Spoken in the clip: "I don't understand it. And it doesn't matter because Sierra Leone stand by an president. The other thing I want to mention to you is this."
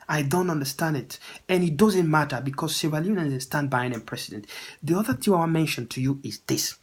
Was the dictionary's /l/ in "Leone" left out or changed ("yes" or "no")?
yes